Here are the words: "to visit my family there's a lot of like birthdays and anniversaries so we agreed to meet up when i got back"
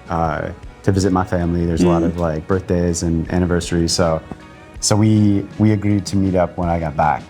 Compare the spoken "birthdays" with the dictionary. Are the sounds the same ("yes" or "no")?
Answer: yes